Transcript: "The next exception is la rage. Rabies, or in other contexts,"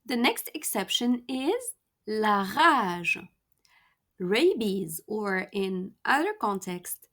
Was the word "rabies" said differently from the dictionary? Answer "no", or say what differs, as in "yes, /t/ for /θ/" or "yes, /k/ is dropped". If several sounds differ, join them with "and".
no